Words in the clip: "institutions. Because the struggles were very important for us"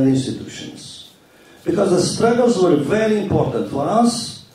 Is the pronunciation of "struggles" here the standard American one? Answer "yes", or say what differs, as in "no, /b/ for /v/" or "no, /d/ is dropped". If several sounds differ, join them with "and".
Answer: yes